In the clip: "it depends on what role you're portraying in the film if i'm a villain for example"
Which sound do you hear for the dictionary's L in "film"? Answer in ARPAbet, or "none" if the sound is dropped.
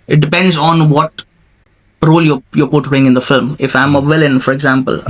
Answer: L